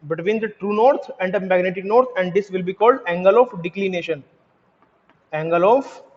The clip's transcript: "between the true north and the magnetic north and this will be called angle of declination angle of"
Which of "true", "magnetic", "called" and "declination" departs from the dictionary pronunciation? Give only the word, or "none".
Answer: none